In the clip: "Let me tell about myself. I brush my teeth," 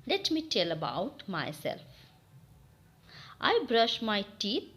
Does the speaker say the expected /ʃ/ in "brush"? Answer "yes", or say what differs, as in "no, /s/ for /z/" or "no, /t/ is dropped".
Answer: yes